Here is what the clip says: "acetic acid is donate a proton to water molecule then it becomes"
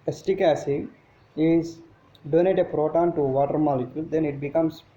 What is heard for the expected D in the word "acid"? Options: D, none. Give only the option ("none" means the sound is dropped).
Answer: none